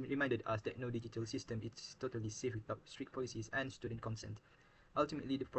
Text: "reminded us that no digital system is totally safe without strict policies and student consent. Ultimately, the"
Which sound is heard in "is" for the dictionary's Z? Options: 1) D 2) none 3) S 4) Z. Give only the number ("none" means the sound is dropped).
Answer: 3